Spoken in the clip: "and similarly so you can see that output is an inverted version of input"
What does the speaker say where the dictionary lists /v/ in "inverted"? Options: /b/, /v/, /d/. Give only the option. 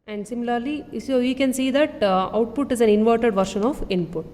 /v/